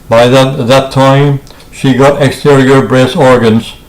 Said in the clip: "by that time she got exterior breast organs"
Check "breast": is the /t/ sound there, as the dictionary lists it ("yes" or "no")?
no